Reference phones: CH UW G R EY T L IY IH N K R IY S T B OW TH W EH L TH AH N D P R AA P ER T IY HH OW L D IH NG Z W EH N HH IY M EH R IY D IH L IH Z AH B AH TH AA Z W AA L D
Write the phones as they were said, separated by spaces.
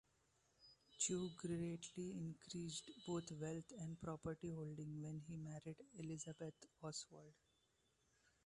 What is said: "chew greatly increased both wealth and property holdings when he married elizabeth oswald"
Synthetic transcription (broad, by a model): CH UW G R EY T L IY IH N K R IY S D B OW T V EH L T AH N D P R AA P ER T IY HH OW L D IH NG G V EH N HH IY M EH R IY D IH L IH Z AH B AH T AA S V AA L D